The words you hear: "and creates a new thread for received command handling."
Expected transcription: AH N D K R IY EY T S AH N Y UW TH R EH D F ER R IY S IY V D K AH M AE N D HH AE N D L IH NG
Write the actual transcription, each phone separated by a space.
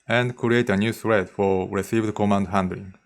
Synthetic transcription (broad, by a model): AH N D K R IY EY T AH N Y UW S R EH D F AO R IY S IY V D K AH M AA N D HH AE N D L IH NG